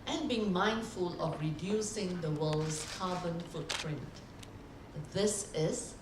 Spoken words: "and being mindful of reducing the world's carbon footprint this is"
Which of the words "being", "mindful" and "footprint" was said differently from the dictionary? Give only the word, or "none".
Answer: none